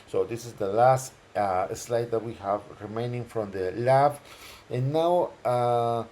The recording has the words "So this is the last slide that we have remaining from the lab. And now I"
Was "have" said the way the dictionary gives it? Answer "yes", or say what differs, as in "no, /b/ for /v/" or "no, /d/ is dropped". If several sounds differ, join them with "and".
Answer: yes